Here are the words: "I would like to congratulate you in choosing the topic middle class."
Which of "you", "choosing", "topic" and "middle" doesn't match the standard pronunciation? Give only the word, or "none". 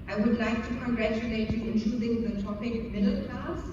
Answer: choosing